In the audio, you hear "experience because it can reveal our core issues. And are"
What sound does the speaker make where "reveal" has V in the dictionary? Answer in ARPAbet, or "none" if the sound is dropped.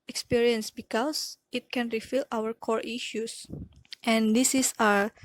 F